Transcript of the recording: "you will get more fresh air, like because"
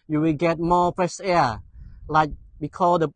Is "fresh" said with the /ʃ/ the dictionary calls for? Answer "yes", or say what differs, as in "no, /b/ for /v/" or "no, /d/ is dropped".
no, /s/ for /ʃ/